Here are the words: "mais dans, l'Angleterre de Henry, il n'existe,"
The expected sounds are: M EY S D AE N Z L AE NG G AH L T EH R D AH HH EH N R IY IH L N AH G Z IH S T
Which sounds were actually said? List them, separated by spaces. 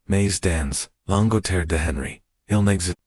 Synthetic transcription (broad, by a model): M EY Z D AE N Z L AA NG G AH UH T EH R D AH HH EH N R IY IH L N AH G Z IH